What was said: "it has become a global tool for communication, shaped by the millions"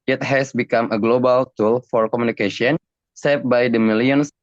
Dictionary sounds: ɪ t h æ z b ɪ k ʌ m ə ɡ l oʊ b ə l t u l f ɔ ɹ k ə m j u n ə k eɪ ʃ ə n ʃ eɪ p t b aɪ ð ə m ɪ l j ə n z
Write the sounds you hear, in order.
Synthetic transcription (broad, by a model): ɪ t h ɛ s b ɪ k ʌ m ə ɡ l oʊ b ə l t u l f ɔ ɹ k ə m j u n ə k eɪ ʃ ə n s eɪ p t b aɪ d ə m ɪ l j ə n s